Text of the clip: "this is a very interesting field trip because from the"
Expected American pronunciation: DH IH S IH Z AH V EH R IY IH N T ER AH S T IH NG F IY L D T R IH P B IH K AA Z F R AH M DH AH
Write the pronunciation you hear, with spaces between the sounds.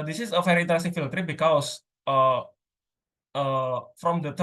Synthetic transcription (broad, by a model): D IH S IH S AH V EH R IY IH N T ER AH S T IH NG F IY L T R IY B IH K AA S F R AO M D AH